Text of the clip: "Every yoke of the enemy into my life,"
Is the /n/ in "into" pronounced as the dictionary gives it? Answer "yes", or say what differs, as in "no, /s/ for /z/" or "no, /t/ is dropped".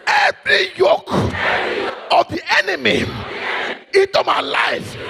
no, /n/ is dropped